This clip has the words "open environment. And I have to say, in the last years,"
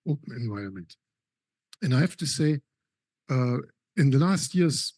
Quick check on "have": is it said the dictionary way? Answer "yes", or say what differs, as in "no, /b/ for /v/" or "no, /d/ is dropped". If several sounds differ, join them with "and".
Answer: no, /f/ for /v/